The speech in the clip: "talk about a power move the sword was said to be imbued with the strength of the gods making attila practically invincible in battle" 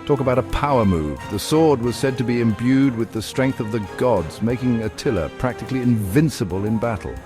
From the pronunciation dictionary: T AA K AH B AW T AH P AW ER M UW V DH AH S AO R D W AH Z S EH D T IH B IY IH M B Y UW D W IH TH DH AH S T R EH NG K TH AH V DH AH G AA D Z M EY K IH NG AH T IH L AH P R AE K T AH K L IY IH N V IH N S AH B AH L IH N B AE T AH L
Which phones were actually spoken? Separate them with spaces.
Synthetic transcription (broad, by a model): T AA K AH B AW T AH P AW ER M UW V DH AH S AO R D W AH Z S EH D T IH B IY IH M B Y UW D W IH DH AH S T R EH NG K TH AH V DH AH G AA D Z M EY K IH NG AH T IH L AH P R AE K T AH K L IY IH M V IH N S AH B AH L IH N B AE T L